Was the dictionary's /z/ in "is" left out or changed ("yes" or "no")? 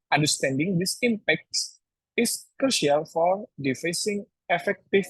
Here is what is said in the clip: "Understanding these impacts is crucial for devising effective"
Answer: yes